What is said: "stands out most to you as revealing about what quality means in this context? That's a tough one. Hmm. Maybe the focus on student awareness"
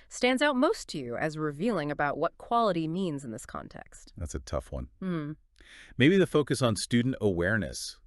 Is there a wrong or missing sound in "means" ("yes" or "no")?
no